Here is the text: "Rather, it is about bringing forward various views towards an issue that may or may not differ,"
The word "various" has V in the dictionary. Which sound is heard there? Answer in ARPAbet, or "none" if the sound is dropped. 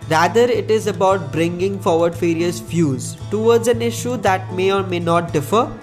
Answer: F